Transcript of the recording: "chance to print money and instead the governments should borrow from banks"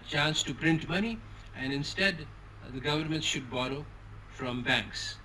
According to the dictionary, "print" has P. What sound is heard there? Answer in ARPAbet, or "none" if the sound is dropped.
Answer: P